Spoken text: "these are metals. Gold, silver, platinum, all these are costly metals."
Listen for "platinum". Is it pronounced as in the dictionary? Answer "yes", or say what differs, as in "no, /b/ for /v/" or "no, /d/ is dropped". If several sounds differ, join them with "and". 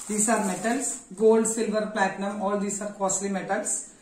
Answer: yes